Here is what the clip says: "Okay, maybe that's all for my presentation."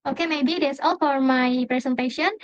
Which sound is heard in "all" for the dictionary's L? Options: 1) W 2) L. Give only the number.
2